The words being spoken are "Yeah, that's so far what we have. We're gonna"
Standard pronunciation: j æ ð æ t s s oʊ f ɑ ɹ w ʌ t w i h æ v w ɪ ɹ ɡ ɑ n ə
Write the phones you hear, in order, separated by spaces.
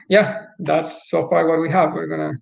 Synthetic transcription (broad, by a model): j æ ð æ t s s oʊ f ɑ ɹ w ʌ t w i h æ v w ɪ ɹ ɡ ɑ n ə